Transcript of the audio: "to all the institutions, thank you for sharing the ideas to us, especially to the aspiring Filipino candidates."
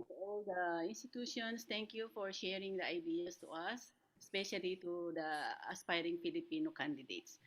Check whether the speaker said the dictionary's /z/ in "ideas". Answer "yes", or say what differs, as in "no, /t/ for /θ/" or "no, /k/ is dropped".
no, /s/ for /z/